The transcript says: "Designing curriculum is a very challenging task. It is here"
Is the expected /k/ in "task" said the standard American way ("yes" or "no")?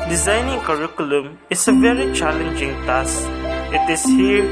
no